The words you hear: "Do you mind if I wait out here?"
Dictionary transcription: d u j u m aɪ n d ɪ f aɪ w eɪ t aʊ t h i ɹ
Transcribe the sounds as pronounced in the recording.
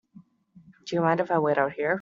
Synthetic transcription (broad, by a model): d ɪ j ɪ m aɪ n d ɪ f aɪ w eɪ t aʊ t h i ɹ